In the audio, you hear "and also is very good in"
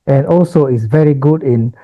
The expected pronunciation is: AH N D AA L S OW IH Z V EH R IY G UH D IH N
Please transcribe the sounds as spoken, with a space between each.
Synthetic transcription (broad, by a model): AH N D AA L S OW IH S V EH R IY G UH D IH N